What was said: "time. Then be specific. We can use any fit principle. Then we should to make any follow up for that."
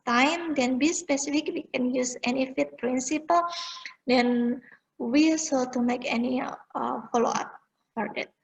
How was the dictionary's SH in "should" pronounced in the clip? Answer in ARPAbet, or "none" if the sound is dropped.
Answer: S